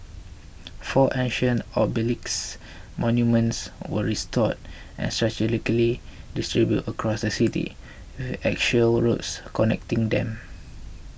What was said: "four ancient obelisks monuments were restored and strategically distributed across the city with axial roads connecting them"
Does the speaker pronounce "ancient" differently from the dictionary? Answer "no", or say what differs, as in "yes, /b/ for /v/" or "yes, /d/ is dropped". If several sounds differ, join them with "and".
yes, /t/ is dropped